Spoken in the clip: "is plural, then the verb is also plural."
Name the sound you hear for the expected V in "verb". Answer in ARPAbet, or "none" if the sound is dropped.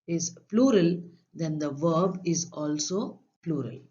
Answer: V